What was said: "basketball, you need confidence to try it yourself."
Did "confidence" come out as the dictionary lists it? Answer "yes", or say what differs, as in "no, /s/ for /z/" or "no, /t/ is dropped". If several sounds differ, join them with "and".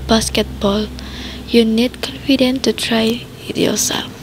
no, /s/ is dropped